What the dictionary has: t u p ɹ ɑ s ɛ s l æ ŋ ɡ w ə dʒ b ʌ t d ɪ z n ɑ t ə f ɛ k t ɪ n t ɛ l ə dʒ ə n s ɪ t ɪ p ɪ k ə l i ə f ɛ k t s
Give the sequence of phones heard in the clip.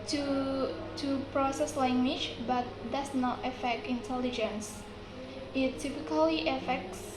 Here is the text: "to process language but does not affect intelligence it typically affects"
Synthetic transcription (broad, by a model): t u p ɹ ɑ s ɛ s l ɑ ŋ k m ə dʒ b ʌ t d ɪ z n ɑ t ə f ɛ k t ɪ n t ɛ l ə dʒ ə n s ɪ t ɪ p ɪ k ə l i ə f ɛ k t s